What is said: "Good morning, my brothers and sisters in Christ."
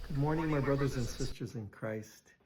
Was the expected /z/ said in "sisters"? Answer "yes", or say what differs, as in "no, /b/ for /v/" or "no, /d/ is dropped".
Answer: yes